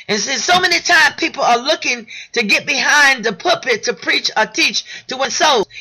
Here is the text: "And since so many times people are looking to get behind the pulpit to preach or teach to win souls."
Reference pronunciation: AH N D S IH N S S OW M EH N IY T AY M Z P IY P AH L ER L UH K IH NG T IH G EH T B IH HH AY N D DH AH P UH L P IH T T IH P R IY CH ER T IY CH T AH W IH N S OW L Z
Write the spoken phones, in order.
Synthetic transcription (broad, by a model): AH N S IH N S S OW M EH N IY T AY M P IY P L ER L UH K IH NG T IH G EH T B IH HH AY N DH AH P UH P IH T T IH P R IY CH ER T IY CH T AH W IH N S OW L